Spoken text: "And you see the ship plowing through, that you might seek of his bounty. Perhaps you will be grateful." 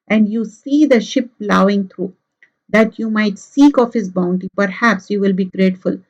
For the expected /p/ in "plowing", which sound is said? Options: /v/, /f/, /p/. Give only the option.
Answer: /p/